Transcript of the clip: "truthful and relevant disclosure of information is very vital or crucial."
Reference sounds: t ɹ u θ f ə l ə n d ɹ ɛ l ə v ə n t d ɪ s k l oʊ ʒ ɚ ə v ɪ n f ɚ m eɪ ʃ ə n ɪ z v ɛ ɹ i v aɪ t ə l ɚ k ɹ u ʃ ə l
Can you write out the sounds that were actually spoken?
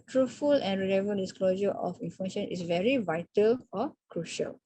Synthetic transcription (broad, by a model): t ɹ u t f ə l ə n ɹ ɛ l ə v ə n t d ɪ s k l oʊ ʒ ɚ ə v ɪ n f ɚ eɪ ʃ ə n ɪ s v ɛ ɹ i v aɪ t ə l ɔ k ɹ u ʃ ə l